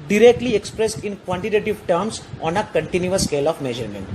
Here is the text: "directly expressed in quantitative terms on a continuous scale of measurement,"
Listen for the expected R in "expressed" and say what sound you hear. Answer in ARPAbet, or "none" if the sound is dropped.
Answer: R